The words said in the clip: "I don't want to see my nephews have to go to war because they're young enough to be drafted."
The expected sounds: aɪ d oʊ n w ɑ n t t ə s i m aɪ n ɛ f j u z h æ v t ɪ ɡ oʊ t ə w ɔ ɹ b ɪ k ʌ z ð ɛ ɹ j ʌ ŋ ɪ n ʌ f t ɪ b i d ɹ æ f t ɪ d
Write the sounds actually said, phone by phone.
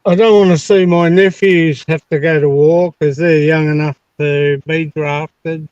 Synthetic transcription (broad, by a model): aɪ d oʊ n w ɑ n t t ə s i m aɪ n ɛ f j u z h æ f t ɪ ɡ oʊ t ə w ɔ k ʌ z ð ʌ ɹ j ʌ ŋ ɪ n ʌ f t ɪ b i d ɹ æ f t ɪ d